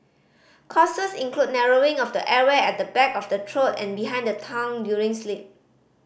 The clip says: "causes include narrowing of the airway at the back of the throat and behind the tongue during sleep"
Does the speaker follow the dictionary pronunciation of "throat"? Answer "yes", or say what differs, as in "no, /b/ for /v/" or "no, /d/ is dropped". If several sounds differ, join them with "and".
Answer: no, /t/ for /θ/